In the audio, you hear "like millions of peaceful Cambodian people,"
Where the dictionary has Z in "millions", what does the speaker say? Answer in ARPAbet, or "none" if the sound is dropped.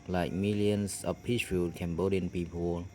S